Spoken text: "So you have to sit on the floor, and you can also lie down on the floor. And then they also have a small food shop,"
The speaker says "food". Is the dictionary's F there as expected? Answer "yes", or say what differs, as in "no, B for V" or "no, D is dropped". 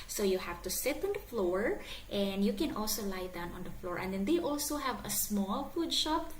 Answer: yes